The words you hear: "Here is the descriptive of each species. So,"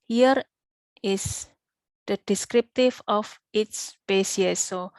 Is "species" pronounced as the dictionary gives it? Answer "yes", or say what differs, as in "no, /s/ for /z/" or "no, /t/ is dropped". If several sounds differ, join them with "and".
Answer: no, /s/ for /ʃ/